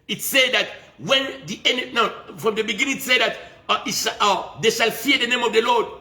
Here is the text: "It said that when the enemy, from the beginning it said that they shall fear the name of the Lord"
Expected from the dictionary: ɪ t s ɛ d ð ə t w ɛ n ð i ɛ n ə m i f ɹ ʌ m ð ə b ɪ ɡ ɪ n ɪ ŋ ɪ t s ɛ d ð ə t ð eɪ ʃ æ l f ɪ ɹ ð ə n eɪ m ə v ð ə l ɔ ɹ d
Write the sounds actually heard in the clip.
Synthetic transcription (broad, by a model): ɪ t s ɛ d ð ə t w ɛ n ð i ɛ n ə i f ɹ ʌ m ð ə b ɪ ɡ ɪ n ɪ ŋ ɪ t s ɛ d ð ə t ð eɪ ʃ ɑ l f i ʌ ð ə n eɪ m ə v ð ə l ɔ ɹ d